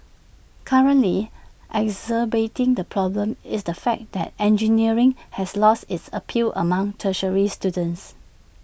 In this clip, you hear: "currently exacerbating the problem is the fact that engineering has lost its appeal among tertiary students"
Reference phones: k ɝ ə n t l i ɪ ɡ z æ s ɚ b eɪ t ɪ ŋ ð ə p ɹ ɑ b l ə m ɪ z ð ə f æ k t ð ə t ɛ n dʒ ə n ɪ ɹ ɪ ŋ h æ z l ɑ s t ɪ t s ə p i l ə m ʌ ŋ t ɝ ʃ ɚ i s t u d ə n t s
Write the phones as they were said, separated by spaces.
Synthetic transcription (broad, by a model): k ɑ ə n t l i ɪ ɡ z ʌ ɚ b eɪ t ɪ ŋ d ə p ɹ ɑ b l ə m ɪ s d ə f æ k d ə t ɛ n dʒ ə n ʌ ɹ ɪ ŋ h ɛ s l ɑ s t ɪ t s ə p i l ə m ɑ ŋ t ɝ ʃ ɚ i s t u d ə n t s